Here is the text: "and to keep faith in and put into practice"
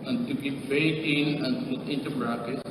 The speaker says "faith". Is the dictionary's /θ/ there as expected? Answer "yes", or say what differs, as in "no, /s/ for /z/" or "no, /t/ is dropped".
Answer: no, /t/ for /θ/